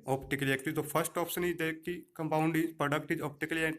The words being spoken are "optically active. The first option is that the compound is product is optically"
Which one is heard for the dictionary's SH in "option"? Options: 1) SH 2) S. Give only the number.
2